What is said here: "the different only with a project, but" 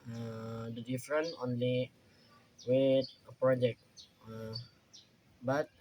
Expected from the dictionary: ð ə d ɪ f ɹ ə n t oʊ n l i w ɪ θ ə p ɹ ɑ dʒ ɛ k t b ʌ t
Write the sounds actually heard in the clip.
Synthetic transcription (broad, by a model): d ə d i f ɹ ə n oʊ n l i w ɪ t ə p ɹ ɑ dʒ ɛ k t b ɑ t